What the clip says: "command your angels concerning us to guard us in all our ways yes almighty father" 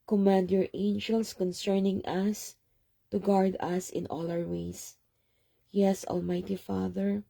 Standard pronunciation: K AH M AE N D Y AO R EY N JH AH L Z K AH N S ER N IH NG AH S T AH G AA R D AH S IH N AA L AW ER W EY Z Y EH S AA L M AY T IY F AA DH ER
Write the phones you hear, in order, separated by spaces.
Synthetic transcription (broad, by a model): K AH M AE N D Y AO R EY N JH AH L S K AH N S ER N IH NG AH S T AH G AA R D AH S IH N AA L AW ER W EY S Y EH S AA L M AY T IY F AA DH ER